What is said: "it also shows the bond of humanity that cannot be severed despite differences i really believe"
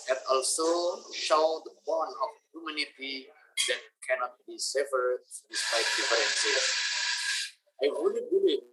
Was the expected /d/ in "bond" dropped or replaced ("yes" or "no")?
yes